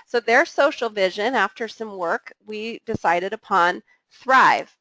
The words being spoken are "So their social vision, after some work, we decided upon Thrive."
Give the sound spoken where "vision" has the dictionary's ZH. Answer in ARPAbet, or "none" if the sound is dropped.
ZH